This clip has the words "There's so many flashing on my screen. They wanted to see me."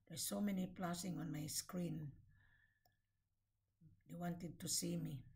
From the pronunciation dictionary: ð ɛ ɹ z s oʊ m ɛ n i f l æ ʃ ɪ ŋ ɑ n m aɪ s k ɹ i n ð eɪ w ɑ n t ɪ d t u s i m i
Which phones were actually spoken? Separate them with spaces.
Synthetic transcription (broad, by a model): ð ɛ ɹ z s oʊ m ɛ n i p l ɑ s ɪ ŋ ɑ n m aɪ s k ɹ i n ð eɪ w ɑ n t ɪ d t u s i m i